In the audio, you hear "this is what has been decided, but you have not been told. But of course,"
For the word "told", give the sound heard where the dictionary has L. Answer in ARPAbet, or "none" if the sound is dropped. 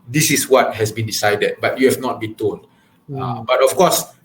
N